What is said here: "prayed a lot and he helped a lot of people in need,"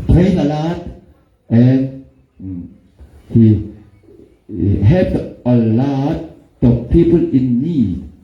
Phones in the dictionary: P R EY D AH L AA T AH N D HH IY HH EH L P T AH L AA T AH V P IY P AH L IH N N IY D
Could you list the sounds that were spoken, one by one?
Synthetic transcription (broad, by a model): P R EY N AH L AA T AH N HH IY HH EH P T AH L AA T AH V P IY P AH L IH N N IY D